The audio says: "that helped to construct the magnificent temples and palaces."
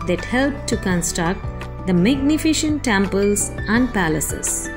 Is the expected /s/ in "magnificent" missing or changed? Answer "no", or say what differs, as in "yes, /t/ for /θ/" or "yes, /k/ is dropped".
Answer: yes, /ʃ/ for /s/